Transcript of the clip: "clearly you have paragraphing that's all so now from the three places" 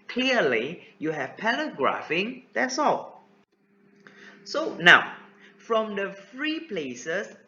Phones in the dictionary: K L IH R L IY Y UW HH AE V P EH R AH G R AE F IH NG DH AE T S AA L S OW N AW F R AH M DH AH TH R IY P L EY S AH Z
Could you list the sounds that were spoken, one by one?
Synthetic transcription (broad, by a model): K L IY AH L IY Y UW HH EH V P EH L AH G R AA F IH NG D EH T S AA L S OW N AW F R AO M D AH F R IY P L EY S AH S